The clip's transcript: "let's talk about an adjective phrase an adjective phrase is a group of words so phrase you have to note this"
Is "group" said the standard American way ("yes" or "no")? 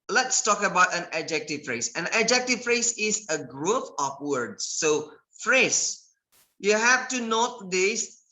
no